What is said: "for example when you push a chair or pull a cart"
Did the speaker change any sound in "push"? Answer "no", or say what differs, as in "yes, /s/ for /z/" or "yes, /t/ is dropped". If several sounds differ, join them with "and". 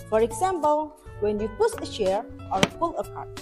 yes, /s/ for /ʃ/